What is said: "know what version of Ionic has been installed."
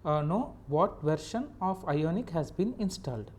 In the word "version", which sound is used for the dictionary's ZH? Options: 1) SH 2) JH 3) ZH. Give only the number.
1